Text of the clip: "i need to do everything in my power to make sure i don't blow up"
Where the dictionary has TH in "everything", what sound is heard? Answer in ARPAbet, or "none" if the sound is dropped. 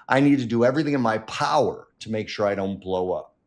TH